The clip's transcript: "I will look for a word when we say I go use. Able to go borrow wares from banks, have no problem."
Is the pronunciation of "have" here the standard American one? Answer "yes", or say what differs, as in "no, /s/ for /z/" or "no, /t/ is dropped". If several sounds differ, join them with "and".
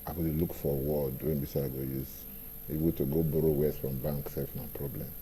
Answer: no, /f/ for /v/